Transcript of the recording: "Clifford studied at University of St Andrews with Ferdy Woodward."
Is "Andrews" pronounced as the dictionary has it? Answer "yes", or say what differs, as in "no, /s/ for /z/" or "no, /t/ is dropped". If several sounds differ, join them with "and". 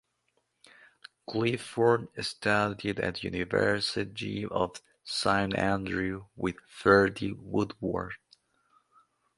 no, /z/ is dropped